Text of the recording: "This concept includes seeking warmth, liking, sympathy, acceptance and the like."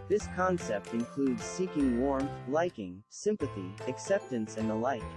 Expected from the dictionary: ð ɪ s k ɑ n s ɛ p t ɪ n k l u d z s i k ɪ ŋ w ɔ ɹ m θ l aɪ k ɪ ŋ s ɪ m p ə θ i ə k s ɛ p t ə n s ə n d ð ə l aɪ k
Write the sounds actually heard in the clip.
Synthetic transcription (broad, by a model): ð ɪ s k ɑ n s ɛ p t ɪ n k l u d z s i k ɪ ŋ w ɔ ɹ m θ l aɪ k ɪ ŋ s ɪ m p ə θ i ə k s ɛ p t ə n s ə n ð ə l aɪ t